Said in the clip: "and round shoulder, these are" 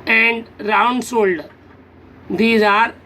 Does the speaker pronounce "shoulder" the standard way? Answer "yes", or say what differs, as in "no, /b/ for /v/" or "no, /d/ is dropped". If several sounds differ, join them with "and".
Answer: no, /s/ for /ʃ/